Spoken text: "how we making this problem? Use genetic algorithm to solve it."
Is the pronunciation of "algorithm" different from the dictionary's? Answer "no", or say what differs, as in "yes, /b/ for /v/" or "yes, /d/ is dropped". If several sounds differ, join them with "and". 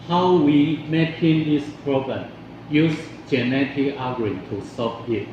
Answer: yes, /l/ is dropped